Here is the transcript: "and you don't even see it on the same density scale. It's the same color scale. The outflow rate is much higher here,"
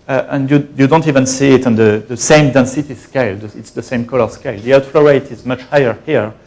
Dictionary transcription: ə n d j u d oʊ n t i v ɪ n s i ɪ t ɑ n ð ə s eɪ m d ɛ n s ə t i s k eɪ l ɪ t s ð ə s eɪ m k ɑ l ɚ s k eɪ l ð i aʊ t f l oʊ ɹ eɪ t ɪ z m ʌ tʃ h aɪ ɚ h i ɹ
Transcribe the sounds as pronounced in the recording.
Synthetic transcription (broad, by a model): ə n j j u d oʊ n t i v ɪ n s i ɪ t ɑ n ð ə s eɪ m d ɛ n s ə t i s k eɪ l ɪ t s ð ə s eɪ m k ɑ l ɚ s k eɪ l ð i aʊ t f l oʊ ɹ eɪ t ɪ z m ʌ tʃ h aɪ ɚ h i ɹ